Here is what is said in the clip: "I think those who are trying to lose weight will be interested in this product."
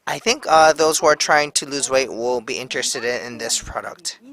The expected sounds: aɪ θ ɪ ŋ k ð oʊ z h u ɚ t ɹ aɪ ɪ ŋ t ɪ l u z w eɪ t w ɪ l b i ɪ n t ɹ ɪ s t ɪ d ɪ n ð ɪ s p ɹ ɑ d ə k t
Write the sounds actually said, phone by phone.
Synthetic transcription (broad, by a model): aɪ θ ɪ ŋ k ð oʊ z h u ɚ t ɹ aɪ ɪ ŋ t ɪ l u z w eɪ t w ɪ l b i ɪ n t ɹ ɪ s t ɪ d ɪ n ð ɪ s p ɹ ɑ d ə k t